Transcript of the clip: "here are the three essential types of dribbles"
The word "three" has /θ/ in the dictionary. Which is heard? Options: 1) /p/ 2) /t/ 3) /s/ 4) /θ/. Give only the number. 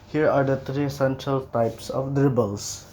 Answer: 2